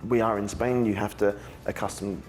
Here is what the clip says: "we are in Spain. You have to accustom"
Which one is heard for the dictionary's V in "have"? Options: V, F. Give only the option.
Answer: F